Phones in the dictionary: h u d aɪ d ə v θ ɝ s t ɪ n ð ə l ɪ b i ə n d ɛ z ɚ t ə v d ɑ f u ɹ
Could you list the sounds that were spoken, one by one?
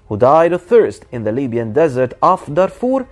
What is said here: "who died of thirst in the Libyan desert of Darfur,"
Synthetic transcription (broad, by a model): h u d aɪ d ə θ ɝ s t ɪ n ð ə l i b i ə n d ɛ z ɚ t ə f d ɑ f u ɹ